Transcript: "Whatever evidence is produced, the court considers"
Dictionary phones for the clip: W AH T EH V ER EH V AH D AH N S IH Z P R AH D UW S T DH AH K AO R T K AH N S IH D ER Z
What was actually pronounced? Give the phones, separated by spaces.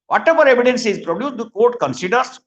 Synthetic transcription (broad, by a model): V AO T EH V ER EH V AH D AH N S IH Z P R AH D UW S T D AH K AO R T K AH N S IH D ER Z